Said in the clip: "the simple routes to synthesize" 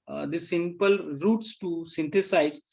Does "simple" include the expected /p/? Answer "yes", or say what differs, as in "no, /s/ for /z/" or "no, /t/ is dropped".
yes